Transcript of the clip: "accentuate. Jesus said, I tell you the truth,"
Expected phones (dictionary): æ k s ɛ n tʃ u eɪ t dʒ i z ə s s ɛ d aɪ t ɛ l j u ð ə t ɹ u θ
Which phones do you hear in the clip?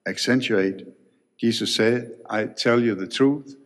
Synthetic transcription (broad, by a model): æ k s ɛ n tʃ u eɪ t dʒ i s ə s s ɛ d aɪ t ɛ l j u ð ə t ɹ u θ